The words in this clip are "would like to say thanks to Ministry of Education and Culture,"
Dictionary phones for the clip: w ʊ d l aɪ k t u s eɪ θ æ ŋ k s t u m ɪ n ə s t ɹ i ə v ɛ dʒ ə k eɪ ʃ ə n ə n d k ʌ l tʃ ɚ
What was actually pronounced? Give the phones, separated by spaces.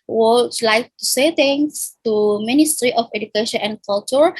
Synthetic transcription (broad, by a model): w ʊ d l aɪ k t u s eɪ t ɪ ŋ s t u m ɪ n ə s t ɹ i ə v ɛ dʒ ə k eɪ ʃ ə n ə n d k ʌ l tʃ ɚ